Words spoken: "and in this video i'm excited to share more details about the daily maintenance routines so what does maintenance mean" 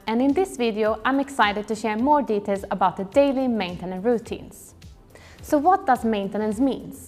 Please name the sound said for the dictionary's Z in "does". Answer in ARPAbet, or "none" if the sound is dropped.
S